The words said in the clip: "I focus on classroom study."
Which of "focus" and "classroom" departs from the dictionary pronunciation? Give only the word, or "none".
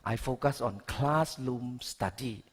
classroom